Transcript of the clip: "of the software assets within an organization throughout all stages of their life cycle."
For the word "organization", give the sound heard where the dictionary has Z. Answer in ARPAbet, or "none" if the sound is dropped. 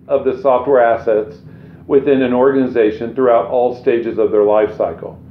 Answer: Z